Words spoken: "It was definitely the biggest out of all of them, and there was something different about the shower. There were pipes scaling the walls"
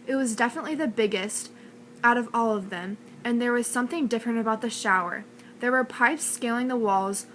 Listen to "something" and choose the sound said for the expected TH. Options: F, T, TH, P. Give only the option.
TH